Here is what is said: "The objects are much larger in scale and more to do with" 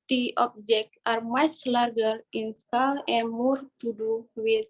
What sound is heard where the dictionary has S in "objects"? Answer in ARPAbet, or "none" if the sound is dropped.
none